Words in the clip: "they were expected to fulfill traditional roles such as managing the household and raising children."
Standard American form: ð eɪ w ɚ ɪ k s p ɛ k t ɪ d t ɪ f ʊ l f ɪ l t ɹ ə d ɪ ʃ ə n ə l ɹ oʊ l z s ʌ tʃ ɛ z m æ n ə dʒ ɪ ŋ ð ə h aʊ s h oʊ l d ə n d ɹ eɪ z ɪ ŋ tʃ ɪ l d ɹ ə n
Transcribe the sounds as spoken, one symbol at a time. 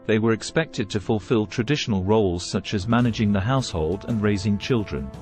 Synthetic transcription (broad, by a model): ð eɪ w ɚ ɪ k s p ɛ k t ɪ d t ɪ f ʊ l f ɪ l t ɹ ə d ɪ ʃ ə n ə l ɹ oʊ l z s ʌ tʃ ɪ z m æ n ə dʒ ɪ ŋ ð ə h aʊ s h oʊ l d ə n ɹ eɪ z ɪ ŋ tʃ ɪ l d ɹ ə n